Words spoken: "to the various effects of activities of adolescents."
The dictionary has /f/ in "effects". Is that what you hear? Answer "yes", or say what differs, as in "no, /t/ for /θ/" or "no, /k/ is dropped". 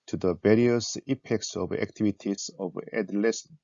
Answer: no, /p/ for /f/